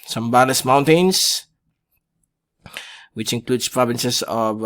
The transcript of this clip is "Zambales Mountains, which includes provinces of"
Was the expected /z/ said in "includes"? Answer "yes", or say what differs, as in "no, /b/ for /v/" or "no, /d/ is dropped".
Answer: no, /s/ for /z/